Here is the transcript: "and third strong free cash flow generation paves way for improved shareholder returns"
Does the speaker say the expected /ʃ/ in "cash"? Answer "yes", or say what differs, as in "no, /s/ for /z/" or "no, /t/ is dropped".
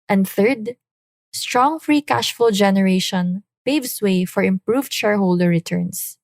yes